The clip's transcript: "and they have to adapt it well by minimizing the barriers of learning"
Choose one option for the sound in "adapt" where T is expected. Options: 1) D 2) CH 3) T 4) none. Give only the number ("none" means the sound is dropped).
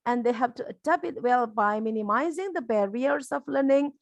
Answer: 4